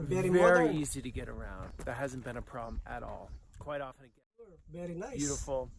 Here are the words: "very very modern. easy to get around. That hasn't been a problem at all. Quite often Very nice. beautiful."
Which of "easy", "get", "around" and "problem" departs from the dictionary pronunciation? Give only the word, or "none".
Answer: none